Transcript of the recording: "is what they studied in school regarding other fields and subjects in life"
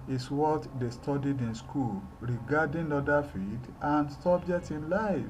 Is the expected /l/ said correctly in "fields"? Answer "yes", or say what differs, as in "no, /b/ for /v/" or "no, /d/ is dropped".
no, /l/ is dropped